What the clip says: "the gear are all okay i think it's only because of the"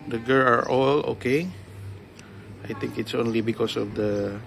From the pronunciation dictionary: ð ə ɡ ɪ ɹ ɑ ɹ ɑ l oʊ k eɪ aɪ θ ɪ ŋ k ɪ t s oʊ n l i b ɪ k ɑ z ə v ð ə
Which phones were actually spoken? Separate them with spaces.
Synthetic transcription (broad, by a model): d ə ɡ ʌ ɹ ɑ ɹ ɑ l oʊ k eɪ aɪ t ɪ ŋ k ɪ t s oʊ n l i b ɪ k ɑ s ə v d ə